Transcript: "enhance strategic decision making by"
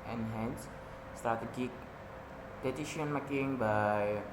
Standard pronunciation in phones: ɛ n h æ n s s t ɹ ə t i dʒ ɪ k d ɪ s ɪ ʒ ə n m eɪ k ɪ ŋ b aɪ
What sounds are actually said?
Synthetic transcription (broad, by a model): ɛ n h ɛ n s s t ə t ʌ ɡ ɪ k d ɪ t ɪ ʃ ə n m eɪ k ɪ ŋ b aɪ